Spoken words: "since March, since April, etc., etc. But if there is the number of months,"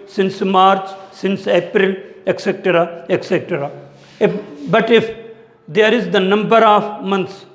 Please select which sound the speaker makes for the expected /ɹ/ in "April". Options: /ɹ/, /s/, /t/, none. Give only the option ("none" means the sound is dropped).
/ɹ/